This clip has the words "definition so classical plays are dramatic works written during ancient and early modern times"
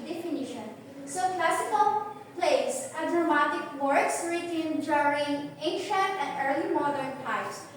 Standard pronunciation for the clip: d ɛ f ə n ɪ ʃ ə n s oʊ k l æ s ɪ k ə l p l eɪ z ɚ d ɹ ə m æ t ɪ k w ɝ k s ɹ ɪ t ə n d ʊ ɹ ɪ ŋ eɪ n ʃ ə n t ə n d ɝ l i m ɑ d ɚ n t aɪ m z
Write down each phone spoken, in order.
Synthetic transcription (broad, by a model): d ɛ f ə n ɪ ʃ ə n s oʊ k l æ s ɪ k ə l p l eɪ s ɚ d ɹ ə m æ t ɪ k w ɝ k s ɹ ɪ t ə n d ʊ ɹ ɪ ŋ eɪ n ʃ ə n t ə n d ɝ l i m ɑ d ɚ n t aɪ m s